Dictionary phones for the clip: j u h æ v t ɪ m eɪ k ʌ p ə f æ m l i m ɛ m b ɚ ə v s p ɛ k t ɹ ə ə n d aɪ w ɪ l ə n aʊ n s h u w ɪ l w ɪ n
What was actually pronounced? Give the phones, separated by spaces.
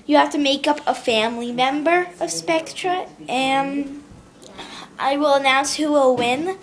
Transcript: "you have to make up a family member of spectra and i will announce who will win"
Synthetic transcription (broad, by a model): j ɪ h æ f t ɪ m eɪ k ʌ p ə f æ m l i m ɛ m b ɚ ə v s p ɛ k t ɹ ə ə n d aɪ w ɪ l ə n aʊ n s h u w ɪ l w ɪ n